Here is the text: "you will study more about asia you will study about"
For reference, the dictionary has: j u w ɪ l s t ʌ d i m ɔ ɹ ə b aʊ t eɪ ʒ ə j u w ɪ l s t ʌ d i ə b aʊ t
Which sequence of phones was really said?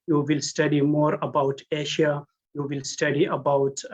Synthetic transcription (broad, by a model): j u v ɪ l s t ʌ d i m ɔ ɹ ə b aʊ t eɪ ʃ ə j u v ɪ l s t ʌ d i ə b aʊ t